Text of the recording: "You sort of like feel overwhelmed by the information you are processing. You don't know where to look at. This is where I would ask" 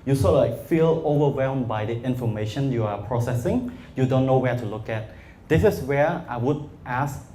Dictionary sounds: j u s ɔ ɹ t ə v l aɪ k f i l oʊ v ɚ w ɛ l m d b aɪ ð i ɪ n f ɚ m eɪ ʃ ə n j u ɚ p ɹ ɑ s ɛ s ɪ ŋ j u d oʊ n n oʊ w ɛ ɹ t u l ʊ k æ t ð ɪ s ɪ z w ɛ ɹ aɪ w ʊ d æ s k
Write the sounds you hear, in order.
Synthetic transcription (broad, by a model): j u s ɔ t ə l aɪ k f i l oʊ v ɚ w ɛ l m b aɪ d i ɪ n f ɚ m eɪ ʃ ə n j u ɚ p ɹ ɑ s ɛ s ɪ ŋ j u d oʊ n n oʊ w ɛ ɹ t u l ʊ k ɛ t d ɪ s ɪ s w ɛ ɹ aɪ w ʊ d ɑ s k